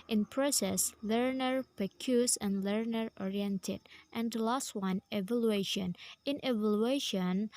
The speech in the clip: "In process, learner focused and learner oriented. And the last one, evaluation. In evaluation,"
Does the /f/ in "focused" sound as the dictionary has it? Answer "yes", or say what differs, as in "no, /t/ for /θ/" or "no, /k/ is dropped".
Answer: no, /p/ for /f/